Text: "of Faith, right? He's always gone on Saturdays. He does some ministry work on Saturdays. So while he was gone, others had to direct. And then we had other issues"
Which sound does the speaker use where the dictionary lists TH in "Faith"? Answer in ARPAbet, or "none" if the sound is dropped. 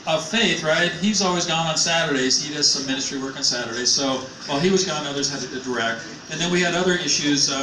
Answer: TH